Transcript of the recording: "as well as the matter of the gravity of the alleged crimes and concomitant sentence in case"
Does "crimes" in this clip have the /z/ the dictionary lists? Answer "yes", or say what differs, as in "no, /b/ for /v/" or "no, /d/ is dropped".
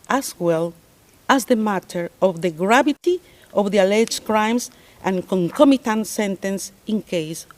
no, /s/ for /z/